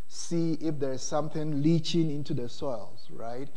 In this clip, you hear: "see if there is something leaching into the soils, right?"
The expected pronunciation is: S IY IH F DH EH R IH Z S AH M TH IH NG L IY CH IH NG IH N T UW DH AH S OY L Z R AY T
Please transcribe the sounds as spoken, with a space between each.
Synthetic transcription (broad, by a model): S IY IH F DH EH R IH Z S AH M TH IH NG L IY CH IH NG IH N T UW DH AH S OY L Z R AY T